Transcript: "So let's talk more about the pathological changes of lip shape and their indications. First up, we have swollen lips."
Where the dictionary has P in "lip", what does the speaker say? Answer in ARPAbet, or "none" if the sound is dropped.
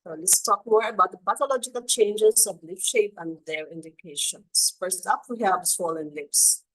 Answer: F